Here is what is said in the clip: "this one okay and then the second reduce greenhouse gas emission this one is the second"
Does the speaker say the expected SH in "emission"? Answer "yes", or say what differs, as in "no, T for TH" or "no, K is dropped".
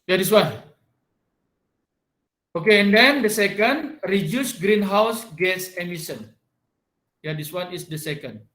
no, S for SH